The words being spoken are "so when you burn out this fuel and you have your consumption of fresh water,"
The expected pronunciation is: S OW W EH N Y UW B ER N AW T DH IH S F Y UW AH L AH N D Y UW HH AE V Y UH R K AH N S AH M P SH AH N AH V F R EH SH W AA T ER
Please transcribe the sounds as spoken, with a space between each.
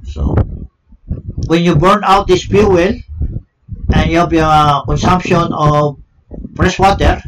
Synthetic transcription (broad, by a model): S OW W EH N Y UW B ER N AW T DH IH S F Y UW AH L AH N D Y UW HH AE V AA K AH N S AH M P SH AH N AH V P R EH S W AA T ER